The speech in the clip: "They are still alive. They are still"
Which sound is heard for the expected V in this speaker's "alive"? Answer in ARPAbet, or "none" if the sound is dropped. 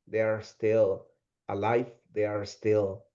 F